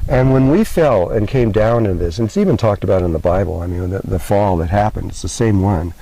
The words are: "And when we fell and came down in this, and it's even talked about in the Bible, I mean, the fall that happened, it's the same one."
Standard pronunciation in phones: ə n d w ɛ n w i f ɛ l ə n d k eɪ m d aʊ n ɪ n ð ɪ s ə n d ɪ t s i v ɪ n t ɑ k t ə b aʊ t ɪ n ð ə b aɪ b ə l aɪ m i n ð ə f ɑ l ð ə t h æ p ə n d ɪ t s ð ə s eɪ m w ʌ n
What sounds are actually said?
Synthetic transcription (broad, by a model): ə n w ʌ n w i f ɛ l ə n k eɪ m d aʊ n ɪ n ð ɪ s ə n ɪ t s i v ɪ n t ɑ k t ə b aʊ t ɪ n ð ə b aɪ b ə l aɪ m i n ð ə f ɑ l ð ə t h æ p ə n d ɪ t s ð ə s eɪ m w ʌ n